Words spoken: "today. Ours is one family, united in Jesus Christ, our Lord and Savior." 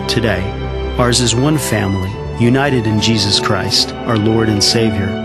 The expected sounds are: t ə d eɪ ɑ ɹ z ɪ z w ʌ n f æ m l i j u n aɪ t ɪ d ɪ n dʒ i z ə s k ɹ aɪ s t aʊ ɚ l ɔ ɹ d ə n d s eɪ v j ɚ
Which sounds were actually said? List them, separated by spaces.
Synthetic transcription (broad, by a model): t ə d eɪ ɑ ɹ z ɪ z w ʌ n f æ m l i j u n aɪ t ɪ d ɪ n dʒ i z ə s k ɹ aɪ s t aʊ ɚ l ɔ ɹ d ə n s eɪ v j ɚ